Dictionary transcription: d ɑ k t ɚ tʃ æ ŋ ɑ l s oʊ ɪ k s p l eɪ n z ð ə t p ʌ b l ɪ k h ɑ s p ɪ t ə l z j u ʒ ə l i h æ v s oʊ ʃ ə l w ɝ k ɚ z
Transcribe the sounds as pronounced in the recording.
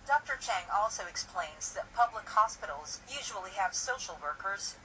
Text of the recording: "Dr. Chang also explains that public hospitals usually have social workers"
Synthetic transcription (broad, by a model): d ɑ k t ɚ tʃ æ ŋ ɑ l s oʊ ɪ k s p l eɪ n z ð ə t p ʌ b l ɪ k h ɑ s p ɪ t l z j u ʒ ə l i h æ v s oʊ ʃ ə l w ɝ k ɚ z